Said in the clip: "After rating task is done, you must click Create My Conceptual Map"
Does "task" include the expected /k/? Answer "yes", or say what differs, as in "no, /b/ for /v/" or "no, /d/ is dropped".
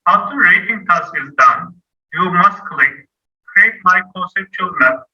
no, /k/ is dropped